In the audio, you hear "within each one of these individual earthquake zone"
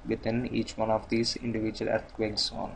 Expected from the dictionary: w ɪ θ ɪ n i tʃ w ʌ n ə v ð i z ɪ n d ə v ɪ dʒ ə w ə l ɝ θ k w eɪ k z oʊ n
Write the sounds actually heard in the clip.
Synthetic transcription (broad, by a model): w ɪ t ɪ n i tʃ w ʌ n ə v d i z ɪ n d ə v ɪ dʒ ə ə l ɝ t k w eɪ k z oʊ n